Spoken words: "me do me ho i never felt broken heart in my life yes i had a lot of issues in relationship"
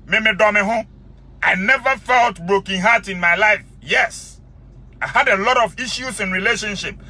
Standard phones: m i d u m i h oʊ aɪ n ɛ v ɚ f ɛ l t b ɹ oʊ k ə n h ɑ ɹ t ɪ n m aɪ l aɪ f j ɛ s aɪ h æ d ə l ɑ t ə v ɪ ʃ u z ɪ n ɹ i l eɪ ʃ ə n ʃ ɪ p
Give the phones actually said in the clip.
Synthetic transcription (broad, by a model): m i d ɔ m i h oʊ aɪ n ɛ v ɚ f ɛ l t b ɹ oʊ k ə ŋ h ɑ t ɪ n m aɪ l aɪ f j ɛ s aɪ h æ d ə l ɑ t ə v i ʃ u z ɪ n ɹ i l eɪ ʃ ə n ʃ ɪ p